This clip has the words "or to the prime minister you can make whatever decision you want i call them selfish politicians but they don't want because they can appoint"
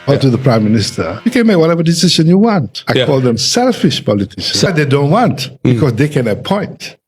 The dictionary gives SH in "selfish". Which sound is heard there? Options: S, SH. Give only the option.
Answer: SH